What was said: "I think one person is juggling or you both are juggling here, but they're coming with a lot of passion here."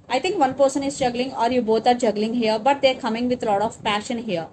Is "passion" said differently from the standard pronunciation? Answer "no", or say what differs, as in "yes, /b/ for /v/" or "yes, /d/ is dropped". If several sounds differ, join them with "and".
no